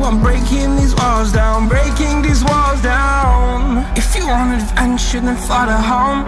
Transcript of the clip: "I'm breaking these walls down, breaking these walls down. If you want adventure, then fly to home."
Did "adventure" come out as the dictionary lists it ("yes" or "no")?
no